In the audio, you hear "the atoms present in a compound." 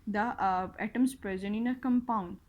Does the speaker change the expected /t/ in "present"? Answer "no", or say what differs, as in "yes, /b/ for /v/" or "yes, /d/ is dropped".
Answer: yes, /t/ is dropped